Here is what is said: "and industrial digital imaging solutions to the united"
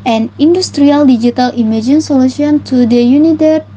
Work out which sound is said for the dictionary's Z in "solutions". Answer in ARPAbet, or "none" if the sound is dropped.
none